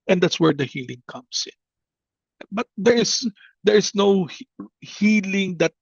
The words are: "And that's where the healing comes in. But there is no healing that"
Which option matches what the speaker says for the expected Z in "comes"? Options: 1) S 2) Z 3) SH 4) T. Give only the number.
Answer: 1